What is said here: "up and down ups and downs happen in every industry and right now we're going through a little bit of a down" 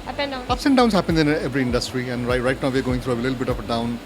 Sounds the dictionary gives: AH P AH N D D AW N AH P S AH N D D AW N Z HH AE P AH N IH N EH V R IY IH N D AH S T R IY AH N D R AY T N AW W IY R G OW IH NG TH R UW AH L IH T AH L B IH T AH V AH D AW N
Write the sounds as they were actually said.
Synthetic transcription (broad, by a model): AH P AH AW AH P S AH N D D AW N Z HH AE P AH N IH N EH V R IY IH N D AH S T R IY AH N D R AY T N AW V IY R G OW IH NG T R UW AH L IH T L B IH T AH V AH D AW N